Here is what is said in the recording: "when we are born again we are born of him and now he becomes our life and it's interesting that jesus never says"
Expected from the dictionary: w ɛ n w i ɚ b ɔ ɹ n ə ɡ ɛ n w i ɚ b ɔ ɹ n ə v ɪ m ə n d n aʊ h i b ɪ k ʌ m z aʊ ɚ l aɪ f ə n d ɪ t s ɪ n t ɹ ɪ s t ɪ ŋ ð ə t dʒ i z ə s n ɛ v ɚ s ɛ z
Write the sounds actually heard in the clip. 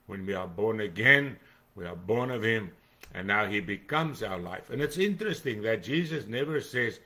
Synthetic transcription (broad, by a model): w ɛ n w i ɚ b ɔ ɹ n ə ɡ ɛ n w i ɚ b ɔ ɹ n ə v ɪ m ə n n aʊ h i b ɪ k ʌ m z aʊ ɚ l aɪ f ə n ɪ t s ɪ n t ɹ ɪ s t ɪ ŋ ð ə t dʒ i z ə s n ɛ v ɚ s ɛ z